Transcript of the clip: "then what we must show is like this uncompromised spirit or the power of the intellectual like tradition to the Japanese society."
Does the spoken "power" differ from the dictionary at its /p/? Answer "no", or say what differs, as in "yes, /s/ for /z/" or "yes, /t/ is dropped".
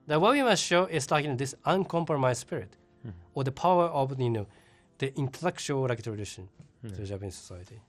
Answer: no